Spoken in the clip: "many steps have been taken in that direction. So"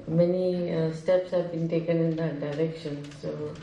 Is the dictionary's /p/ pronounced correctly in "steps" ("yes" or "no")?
yes